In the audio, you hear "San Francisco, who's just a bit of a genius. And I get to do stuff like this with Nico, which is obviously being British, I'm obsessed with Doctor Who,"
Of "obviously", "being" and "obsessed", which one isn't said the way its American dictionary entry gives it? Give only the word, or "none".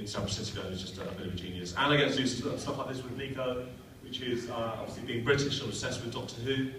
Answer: obsessed